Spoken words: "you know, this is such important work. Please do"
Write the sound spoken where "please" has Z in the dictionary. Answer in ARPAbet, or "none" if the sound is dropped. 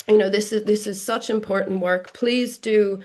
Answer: Z